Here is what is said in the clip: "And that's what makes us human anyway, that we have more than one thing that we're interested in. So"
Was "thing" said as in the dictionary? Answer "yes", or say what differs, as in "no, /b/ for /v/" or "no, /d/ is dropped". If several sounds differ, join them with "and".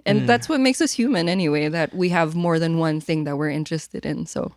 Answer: yes